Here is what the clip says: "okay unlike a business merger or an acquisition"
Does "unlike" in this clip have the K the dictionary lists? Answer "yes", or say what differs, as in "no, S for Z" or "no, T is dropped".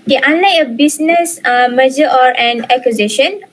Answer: no, K is dropped